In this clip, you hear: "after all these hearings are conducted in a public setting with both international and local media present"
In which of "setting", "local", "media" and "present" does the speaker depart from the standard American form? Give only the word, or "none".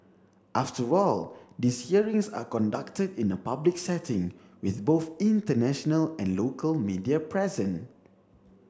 present